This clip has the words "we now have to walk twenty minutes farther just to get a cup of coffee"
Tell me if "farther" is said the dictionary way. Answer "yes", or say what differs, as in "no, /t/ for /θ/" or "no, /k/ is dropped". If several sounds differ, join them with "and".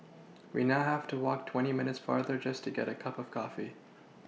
yes